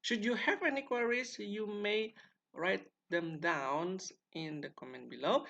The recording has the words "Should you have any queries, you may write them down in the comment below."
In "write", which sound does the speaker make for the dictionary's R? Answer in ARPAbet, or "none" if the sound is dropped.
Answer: R